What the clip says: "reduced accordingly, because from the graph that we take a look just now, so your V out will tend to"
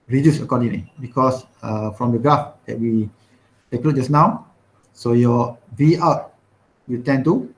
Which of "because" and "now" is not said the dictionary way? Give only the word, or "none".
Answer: because